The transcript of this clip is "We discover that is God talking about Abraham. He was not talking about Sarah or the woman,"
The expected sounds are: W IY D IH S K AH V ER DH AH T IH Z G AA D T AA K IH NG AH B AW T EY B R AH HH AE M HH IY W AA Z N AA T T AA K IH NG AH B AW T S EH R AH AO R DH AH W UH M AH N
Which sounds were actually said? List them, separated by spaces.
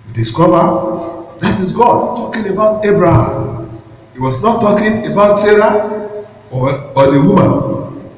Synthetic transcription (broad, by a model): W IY D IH S K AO V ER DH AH T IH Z G AA D T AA K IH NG AH B AW T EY B R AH HH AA M HH IY W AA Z N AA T T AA K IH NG AH B AW T S EH R AH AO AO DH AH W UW M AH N